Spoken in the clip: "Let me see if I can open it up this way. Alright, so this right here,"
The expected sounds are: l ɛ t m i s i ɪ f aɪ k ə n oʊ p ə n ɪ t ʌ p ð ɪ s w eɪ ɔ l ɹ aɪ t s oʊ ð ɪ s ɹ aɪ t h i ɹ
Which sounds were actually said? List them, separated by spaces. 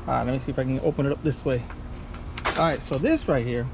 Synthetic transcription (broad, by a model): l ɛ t m i s i ɪ f aɪ k ə n oʊ p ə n ɪ t ʌ p ð ɪ s w eɪ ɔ ɹ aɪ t s oʊ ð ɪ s ɹ aɪ t h i ɹ